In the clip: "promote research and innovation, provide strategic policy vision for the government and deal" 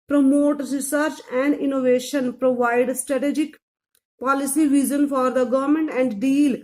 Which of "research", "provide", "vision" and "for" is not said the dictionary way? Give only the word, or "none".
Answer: vision